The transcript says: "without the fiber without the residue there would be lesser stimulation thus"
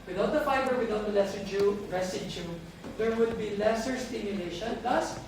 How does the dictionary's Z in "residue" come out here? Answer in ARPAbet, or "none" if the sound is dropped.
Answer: S